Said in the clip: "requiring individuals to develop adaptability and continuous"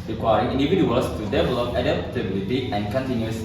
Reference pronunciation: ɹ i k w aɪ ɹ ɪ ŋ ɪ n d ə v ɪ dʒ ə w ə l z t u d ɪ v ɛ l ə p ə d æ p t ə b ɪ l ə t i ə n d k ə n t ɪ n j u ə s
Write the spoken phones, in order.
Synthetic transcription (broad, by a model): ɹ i k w aɪ ɹ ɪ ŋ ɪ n d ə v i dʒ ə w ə l s t u d ɪ v ɛ l ə p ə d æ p t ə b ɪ l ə t i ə n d k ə n t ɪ n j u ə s